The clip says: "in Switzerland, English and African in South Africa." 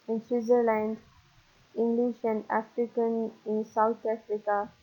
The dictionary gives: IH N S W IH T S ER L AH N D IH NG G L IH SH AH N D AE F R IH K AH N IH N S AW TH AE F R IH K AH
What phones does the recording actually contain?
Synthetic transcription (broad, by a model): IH N S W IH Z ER L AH N D IH NG G L IH SH AH N D AE F R IH K AH N IH N S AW T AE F R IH K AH